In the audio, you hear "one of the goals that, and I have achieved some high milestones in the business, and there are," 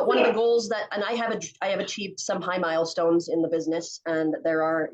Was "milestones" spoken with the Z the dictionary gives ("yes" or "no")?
yes